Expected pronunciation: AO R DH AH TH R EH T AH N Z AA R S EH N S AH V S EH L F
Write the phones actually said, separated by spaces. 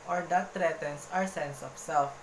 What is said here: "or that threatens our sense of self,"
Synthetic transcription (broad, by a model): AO R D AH T R EH T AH N S AA R S EH N S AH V S EH L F